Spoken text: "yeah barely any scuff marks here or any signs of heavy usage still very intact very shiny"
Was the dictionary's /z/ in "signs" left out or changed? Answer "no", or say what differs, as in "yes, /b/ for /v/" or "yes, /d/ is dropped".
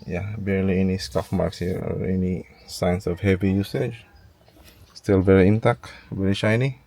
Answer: yes, /s/ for /z/